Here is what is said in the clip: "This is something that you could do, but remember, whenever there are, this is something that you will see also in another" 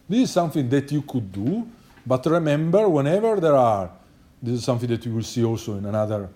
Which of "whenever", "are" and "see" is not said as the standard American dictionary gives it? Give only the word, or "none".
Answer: none